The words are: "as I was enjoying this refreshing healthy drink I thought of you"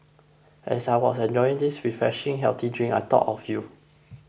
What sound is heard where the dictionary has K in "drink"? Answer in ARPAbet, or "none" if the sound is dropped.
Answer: none